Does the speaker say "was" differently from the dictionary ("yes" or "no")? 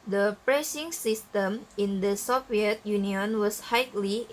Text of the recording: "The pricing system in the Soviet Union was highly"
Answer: yes